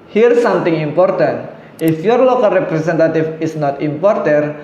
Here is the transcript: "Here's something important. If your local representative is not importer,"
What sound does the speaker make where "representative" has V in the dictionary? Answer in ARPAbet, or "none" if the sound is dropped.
F